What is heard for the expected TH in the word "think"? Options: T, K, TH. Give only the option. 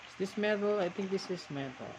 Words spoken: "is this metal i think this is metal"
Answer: T